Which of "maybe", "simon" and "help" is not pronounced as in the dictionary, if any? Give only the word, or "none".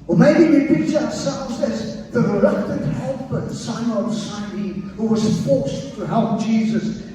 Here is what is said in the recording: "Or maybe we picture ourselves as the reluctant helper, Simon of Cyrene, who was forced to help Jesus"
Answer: simon